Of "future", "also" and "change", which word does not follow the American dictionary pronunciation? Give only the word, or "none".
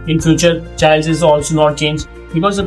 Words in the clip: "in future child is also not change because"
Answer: none